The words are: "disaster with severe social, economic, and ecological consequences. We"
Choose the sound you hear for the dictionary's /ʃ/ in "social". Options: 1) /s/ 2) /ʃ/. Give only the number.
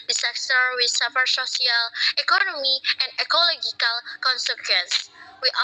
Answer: 1